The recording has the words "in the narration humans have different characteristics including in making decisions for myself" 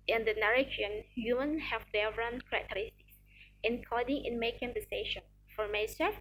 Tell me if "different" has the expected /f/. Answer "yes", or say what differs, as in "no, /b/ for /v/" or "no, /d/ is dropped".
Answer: no, /f/ is dropped